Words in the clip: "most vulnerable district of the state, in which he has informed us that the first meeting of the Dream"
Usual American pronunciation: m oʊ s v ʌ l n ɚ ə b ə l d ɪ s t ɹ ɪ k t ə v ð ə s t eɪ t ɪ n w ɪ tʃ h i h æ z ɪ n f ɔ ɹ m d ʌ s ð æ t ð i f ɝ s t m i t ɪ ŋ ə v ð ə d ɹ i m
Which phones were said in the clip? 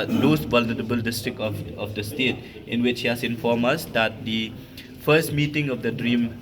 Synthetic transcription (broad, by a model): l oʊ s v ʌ l n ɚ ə b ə l d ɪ s t ɹ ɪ k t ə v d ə s t eɪ t ɪ n w ɪ tʃ h i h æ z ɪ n f ɔ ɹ m ʌ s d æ t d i f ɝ s t m i t ɪ ŋ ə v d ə d ɹ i m